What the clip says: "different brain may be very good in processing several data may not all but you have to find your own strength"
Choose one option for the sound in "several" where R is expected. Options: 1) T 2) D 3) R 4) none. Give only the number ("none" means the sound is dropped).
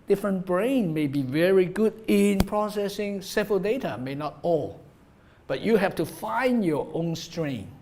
4